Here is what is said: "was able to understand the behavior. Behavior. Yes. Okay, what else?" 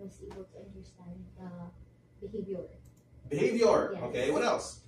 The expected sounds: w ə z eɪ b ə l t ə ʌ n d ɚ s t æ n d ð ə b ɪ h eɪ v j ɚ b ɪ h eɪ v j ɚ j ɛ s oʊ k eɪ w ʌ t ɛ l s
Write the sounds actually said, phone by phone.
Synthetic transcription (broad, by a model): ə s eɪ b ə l t ə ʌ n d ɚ s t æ n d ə b ɪ h eɪ v j ɚ b ɪ h eɪ v j ɚ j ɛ oʊ k eɪ w ʌ t ɛ l s